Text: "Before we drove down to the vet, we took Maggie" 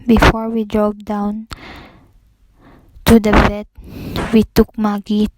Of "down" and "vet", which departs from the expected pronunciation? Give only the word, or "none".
vet